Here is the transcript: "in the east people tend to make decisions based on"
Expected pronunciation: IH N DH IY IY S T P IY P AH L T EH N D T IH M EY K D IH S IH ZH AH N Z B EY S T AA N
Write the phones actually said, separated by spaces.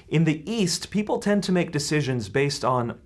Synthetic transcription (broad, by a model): IH N DH IY IY S T P IY P L T EH N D T IH M EY K D IH S IH ZH AH N Z B EY S T N